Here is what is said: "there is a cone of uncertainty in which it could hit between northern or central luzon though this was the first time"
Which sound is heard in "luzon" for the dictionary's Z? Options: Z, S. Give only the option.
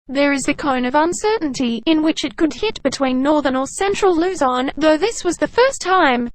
Z